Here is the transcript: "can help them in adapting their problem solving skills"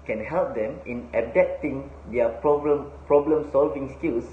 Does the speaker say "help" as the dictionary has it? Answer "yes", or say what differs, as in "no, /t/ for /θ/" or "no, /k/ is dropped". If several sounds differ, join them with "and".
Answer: yes